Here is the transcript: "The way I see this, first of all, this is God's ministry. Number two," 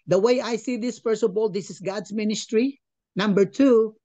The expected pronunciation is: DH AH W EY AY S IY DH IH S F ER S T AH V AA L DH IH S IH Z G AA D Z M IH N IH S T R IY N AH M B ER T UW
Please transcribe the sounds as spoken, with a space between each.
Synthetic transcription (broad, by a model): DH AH W EY AY S IY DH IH S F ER S AH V AA L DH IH S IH S G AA D S M IH N IH S T R IY N AH M B ER T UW